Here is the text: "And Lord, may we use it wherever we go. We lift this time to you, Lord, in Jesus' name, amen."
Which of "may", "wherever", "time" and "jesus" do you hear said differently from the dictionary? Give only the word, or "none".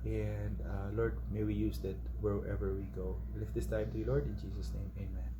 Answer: jesus